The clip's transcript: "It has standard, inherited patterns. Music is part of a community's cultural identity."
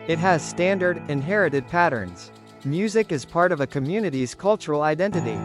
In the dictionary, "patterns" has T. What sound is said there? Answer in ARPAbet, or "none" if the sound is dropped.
T